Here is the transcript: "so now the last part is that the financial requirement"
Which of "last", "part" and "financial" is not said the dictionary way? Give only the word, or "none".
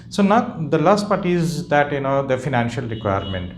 none